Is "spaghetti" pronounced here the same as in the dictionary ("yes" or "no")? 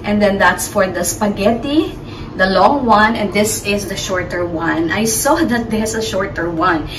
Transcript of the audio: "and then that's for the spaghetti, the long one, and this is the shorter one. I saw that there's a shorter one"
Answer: yes